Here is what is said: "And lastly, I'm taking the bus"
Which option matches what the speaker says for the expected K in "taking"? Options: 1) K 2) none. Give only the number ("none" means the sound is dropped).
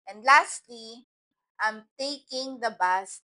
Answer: 1